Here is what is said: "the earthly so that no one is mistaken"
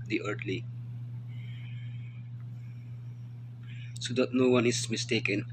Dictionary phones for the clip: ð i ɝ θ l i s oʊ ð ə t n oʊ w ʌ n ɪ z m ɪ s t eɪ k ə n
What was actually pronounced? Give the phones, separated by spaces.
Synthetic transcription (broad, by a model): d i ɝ t l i s oʊ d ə t n oʊ w ʌ n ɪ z m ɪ s t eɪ k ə n